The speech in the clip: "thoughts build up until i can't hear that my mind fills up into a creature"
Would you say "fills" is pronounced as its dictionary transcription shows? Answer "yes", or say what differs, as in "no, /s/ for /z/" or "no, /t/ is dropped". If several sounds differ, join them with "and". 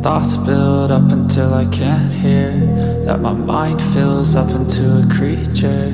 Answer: yes